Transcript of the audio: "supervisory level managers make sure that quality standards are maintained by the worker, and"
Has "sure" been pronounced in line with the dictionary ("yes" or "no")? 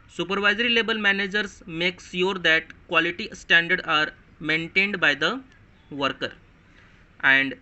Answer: no